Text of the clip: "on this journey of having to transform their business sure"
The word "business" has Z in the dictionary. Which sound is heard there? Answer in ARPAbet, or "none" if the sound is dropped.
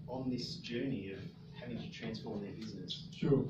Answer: Z